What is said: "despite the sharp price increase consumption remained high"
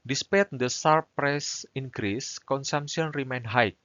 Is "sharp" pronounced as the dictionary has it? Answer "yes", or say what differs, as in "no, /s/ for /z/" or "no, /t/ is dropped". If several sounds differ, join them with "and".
no, /s/ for /ʃ/